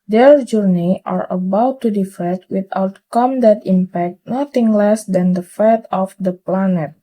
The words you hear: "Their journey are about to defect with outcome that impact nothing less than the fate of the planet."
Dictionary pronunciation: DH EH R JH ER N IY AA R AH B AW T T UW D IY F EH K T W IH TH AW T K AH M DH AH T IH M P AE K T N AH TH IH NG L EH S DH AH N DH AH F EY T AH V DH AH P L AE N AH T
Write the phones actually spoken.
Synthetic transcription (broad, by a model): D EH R JH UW N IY AA R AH B AW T T UW D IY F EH T W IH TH AW T K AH M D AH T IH M P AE K T N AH T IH NG L EH S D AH N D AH F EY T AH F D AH P L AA N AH T